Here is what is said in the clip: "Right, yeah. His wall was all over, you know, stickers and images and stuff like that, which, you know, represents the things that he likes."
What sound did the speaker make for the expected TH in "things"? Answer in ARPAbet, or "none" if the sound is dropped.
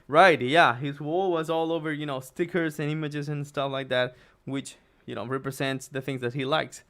TH